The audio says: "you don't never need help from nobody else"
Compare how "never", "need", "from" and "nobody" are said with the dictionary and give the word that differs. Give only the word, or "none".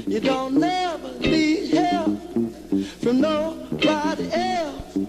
need